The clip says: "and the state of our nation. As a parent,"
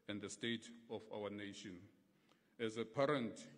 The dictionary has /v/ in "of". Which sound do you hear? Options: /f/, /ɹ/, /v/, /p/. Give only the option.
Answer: /f/